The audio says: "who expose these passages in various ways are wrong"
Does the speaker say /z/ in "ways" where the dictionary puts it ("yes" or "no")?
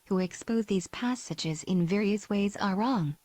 yes